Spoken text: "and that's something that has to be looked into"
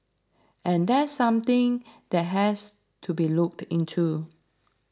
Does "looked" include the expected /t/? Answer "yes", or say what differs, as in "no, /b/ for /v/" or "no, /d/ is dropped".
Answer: yes